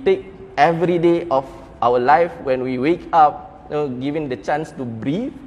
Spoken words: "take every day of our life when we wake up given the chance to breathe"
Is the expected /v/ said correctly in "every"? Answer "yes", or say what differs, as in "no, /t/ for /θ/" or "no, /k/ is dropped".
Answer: yes